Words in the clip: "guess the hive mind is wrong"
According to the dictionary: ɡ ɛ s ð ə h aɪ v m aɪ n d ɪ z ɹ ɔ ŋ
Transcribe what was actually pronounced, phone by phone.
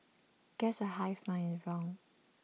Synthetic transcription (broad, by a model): ɡ ɛ s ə h aɪ f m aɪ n ɪ z ɹ ɔ ŋ